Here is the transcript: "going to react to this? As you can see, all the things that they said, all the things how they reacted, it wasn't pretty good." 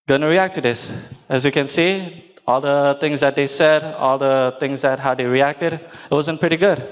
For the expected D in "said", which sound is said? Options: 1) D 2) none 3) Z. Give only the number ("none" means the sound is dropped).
1